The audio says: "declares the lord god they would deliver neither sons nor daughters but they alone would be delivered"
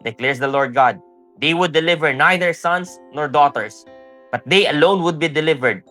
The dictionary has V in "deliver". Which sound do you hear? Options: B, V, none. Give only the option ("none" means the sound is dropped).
V